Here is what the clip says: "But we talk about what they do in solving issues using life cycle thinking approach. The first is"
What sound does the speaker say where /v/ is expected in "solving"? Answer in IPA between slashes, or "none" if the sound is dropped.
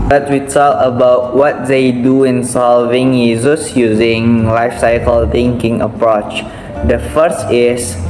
/v/